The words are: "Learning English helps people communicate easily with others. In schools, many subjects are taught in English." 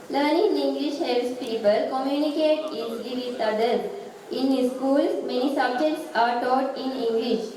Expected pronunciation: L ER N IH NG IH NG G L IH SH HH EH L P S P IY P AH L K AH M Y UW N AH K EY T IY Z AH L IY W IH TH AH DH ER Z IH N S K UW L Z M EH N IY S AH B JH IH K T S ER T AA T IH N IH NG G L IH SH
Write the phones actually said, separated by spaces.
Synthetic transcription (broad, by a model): L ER N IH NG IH NG G L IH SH HH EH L S P IY P AH L K AH M Y UW N AH K EY T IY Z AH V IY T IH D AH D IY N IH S K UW L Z M EH N IY S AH B JH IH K T S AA T AA T IH N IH NG G L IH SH